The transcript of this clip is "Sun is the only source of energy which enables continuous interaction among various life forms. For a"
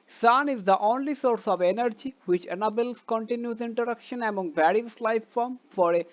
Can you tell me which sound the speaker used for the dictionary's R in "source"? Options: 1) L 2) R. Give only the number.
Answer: 2